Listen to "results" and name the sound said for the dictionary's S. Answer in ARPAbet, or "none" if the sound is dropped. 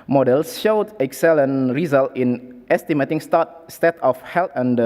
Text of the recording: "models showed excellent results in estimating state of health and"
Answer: none